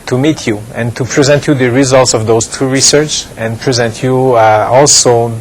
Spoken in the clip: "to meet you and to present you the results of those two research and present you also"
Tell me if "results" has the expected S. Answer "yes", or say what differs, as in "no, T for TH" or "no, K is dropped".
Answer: yes